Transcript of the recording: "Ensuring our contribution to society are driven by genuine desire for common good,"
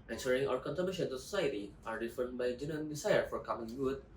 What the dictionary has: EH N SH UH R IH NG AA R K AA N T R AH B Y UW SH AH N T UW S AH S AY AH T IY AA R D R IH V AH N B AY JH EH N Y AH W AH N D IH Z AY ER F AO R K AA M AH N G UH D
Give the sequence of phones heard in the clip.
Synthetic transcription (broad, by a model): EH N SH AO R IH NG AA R K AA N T AH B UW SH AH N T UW S AH S AY AH T IY AA R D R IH F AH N B AY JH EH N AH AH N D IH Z AY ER F AO R K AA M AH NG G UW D